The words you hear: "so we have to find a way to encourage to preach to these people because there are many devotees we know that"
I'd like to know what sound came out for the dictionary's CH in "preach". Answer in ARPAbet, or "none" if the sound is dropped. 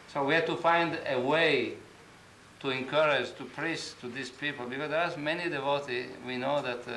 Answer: S